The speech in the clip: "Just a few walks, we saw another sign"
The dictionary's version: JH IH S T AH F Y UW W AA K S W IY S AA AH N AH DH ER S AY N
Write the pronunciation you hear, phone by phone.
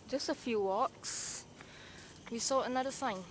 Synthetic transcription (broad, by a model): JH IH S T AH F Y UW W AA K S W IY S AA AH N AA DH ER S AY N